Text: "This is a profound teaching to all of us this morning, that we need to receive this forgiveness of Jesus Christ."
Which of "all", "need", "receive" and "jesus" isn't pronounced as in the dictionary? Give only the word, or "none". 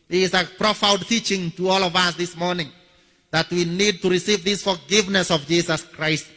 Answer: jesus